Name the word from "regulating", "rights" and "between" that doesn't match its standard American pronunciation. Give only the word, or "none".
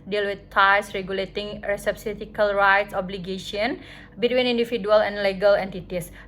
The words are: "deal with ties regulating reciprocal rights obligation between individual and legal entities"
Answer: none